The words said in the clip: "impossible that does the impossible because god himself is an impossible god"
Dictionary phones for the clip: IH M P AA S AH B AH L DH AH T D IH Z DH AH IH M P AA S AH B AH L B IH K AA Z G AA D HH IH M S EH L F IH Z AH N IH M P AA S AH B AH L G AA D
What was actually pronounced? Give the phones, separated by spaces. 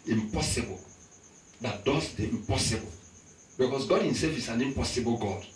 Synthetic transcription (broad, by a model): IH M P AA S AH B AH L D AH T D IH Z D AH IH M P AA S AH B AH L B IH K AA S G AA D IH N S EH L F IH S AH N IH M P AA S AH B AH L G AA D